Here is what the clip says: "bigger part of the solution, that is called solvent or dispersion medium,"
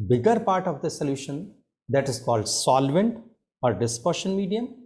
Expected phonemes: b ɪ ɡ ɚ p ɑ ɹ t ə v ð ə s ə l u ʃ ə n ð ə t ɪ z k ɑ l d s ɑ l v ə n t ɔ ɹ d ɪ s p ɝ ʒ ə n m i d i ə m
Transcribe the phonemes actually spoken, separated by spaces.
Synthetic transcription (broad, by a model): b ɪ ɡ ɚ p ɑ ɹ t ə v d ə s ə l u ʃ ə n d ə t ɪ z k ɑ l d s ɑ l v ə n t ɔ ɹ d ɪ s p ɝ ʃ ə n m i d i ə m